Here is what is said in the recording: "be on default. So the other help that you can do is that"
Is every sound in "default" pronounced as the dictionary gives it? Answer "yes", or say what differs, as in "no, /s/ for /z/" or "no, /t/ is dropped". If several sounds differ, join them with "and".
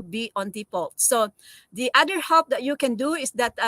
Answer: no, /p/ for /f/